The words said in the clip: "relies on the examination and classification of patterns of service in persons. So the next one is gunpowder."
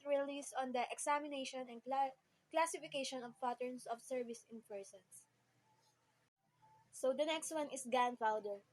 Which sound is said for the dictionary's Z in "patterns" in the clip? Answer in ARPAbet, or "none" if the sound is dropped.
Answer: S